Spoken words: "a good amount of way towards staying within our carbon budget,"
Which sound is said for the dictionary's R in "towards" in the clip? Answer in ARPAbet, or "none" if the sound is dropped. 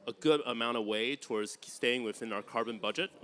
R